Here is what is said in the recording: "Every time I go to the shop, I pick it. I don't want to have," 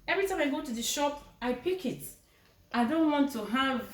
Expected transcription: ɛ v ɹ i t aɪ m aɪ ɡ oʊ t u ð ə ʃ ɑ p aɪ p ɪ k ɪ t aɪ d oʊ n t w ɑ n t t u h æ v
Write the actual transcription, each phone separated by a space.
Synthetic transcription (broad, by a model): ɛ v ɹ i t aɪ m aɪ ɡ oʊ t u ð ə ʃ ɑ p aɪ p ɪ k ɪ t aɪ d oʊ n t w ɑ n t t u h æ v